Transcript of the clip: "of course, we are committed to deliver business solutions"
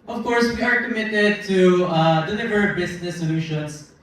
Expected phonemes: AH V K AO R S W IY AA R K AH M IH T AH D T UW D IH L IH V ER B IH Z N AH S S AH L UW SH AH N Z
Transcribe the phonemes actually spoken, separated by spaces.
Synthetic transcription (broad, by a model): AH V K AO R S W IY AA R K AH M IH T AH D T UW D IH L IH V ER B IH S N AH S S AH L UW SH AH N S